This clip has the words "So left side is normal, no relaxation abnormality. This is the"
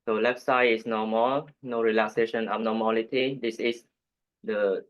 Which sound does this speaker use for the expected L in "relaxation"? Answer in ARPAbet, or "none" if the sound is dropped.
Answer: L